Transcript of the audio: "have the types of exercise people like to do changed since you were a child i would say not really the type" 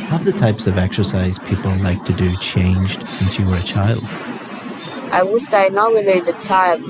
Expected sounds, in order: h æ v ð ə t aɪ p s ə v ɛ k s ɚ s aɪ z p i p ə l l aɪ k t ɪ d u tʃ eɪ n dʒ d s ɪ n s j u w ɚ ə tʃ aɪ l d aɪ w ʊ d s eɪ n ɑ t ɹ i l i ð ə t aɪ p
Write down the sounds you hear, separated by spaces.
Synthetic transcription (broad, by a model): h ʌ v ð ə t aɪ p s ə v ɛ k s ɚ s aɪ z p i p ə l l aɪ k t ɪ d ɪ tʃ eɪ n dʒ d s ɪ n s j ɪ w ɚ ə tʃ aɪ l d aɪ w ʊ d s eɪ n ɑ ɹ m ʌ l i ð ə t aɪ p